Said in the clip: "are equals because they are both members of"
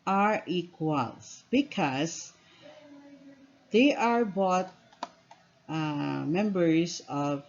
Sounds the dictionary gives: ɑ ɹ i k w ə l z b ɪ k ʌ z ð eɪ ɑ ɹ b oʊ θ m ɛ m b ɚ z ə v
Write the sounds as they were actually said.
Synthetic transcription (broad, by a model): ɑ ɹ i k w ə l s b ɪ k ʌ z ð eɪ ɑ ɹ b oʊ t m ɛ m b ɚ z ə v